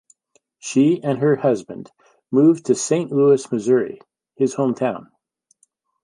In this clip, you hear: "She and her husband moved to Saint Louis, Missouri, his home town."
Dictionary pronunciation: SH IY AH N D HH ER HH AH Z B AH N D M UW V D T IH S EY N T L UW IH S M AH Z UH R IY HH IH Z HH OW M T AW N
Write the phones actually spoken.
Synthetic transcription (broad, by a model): SH IY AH N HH ER HH AH Z B AH N D M UW V T IH S EY N T L UW IH S M AH Z UH R IY HH IH Z HH OW M T AW N